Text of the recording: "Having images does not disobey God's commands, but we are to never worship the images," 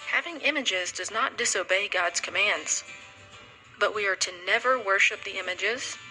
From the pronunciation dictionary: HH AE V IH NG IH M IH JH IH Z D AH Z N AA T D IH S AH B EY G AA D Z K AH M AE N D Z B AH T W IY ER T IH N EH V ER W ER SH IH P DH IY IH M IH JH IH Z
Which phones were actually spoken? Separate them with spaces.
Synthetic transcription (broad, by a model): HH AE V IH NG IH M IH JH IH Z D AH Z N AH T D IH S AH B EY G AA D Z K AH M AE N D Z B AH T W IY ER T IH N EH V ER W ER SH IH P DH IY IH M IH JH IH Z